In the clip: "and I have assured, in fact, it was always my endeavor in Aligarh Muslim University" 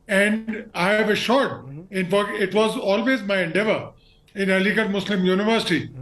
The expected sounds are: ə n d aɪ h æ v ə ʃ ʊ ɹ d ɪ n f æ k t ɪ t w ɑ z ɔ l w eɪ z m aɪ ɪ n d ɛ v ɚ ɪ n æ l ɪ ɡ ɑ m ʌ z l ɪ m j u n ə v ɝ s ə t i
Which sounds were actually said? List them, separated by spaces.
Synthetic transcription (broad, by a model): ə n d aɪ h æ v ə ʃ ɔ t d ɪ n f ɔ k ɪ t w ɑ z ɔ l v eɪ z m aɪ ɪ n d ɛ v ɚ ɪ n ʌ l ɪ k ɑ m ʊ s l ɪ m j u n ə v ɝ s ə t i